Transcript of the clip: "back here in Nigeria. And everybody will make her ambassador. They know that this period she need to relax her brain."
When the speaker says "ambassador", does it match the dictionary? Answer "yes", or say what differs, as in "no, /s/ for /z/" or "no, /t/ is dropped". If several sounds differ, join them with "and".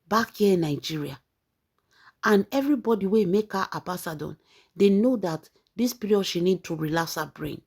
no, /m/ is dropped